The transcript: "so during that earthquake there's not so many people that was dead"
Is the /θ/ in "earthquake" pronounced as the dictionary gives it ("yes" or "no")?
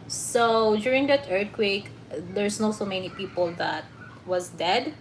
no